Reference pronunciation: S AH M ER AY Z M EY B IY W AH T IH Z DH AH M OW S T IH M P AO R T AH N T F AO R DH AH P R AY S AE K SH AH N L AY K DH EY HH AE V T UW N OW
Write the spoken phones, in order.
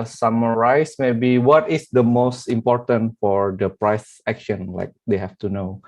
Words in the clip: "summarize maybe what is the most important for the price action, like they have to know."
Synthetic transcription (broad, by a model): S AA M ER AY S M EY B IY W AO T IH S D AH M OW S T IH M P AO R T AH N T F AO R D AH P R AY S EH K SH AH N L AY K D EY HH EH F T UW N OW